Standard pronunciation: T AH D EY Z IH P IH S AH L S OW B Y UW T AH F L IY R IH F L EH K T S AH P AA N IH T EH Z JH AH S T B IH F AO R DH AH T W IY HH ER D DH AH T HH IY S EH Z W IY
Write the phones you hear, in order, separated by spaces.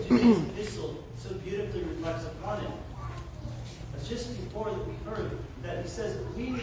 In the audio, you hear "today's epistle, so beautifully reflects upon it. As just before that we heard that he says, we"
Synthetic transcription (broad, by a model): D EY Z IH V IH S L S OW B Y UW T AH F L IY R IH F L EH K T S AH P AA N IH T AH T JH AH S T B IH F AO R DH AH T W IY HH ER D DH AH T HH IY S EH Z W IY